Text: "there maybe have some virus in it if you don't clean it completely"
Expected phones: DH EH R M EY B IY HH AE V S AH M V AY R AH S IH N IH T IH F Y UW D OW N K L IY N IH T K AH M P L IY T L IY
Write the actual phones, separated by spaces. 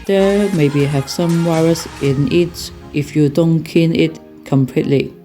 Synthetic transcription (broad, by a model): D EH M EY B IY HH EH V S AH M W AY R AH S IH N IH T IH F Y UW D OW N K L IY N IH T K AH M P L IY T L IY